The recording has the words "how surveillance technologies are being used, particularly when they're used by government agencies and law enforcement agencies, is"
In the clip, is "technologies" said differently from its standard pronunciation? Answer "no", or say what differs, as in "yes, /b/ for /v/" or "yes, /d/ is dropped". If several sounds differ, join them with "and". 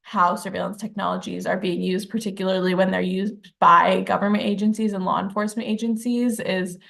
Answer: no